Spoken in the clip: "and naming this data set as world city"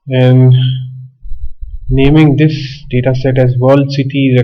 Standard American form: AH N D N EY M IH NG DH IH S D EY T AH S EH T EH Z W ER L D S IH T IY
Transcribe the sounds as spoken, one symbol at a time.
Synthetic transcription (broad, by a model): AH N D N EY M IH NG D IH S D EY T AH S EH T EH Z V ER L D S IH T IY